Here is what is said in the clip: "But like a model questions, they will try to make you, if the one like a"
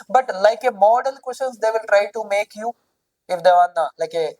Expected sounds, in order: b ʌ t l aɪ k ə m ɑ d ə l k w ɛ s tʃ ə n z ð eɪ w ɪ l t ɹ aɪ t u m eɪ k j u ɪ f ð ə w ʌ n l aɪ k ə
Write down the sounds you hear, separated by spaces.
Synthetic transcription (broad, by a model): b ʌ t l aɪ k ə m ɑ d ə l k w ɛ s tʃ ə n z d eɪ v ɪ l t ɹ aɪ t u m eɪ k j u ɪ f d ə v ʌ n l aɪ k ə